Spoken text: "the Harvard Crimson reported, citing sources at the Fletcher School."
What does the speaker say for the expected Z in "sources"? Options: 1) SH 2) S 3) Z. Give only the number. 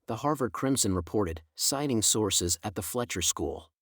3